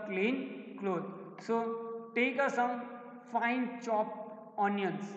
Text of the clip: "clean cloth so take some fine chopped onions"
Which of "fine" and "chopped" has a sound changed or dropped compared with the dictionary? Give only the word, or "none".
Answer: chopped